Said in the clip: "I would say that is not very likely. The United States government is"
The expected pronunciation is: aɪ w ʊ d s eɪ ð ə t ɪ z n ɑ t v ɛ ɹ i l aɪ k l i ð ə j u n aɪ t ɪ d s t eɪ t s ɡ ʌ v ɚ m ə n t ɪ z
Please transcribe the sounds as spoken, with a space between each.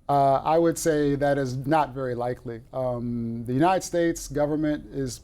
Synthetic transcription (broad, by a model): aɪ w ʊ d s eɪ ð ə t ɪ z n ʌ t v ɛ ɹ i l aɪ k l i ð ə j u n aɪ t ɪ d s t eɪ t s ɡ ʌ v ɚ m ə n t ɪ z